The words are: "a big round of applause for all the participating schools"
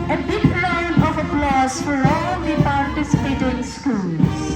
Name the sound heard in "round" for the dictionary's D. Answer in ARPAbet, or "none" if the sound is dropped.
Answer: none